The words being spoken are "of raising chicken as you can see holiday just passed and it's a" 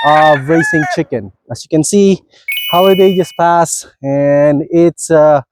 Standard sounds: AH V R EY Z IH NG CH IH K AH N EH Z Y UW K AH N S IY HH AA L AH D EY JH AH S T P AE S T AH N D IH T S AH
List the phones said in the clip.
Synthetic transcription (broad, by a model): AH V R EY S IH NG CH IH K AH N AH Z Y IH K AH N S IY HH AA L AH D EY JH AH S P AE S AH N IH T S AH